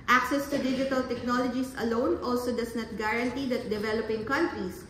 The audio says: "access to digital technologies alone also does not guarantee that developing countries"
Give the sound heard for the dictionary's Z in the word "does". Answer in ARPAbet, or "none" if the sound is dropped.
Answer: S